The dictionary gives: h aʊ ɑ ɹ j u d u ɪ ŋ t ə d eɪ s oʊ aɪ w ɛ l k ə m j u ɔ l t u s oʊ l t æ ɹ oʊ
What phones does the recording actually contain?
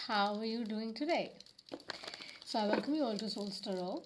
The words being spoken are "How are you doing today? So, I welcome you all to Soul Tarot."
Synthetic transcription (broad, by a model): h aʊ ɑ ɹ j u d u ɪ ŋ t ə d eɪ s oʊ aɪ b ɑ k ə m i ɔ l t u s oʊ l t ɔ ɹ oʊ